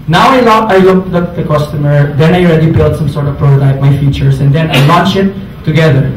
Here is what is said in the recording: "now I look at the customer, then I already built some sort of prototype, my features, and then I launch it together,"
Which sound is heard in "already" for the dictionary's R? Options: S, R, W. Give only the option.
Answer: R